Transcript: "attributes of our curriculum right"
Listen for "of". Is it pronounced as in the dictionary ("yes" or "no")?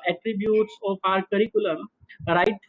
no